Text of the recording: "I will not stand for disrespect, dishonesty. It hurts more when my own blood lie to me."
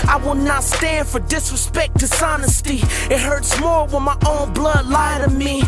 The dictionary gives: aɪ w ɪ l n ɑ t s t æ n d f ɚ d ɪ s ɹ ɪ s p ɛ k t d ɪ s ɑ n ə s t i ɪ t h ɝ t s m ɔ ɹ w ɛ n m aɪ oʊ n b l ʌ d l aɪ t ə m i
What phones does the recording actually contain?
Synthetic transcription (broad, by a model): aɪ w ɪ l n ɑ t s t æ n d f ɚ d ɪ s ɹ ɪ s p ɛ k t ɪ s ɑ n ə s t i ɪ t h ɝ t s m ɔ ɹ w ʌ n m aɪ oʊ n b l ʌ d l aɪ t ə m i